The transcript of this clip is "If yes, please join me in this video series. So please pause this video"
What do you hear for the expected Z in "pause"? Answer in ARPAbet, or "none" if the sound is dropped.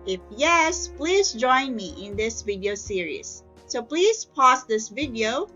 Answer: S